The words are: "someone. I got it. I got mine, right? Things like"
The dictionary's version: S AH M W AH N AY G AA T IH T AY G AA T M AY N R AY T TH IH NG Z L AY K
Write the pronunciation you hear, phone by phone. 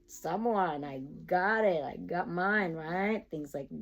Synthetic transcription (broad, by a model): S AH M W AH N AY G AA T IH T AY G AA T M AY N R AY T TH IH NG Z L AY K